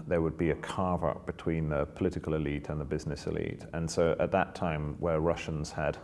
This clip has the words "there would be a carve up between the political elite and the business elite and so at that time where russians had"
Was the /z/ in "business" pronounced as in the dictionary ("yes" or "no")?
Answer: yes